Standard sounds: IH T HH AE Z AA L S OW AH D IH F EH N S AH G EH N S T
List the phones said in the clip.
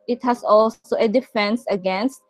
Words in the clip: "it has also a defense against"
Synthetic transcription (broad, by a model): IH T HH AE S AA L S OW AH D IH F EH N S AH G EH N S T